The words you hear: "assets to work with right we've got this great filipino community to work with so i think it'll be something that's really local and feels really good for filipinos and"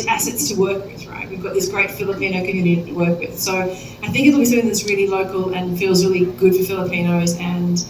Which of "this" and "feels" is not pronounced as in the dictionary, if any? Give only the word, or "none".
none